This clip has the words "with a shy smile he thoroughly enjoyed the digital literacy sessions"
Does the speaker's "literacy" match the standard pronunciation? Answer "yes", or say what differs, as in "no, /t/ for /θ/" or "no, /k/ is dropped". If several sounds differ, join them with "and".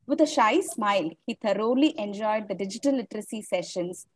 yes